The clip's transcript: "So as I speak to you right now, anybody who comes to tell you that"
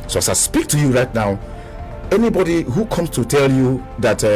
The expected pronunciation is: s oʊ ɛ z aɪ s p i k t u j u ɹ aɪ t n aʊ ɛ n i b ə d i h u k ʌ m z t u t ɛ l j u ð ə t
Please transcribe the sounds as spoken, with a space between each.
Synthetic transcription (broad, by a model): s oʊ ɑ s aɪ s p i k t u j u ɹ aɪ t n aʊ ɛ n i b ə d i h u k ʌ m s t u t ɛ l j u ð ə t